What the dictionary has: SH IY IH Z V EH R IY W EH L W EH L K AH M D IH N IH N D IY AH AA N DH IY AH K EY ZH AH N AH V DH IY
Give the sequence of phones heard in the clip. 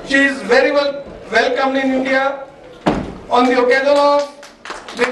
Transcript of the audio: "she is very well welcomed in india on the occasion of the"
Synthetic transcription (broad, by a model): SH IY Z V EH R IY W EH L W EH L K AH M IH N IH N D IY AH AA N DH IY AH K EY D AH L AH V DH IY